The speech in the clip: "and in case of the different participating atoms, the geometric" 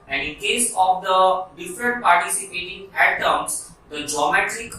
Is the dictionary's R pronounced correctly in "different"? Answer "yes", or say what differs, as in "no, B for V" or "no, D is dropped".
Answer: yes